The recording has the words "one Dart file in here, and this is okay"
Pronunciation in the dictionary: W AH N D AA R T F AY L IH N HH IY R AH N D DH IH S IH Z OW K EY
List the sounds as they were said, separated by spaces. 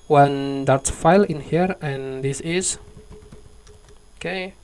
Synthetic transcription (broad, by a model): W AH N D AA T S F AY L IH N HH IY R AH N D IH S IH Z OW K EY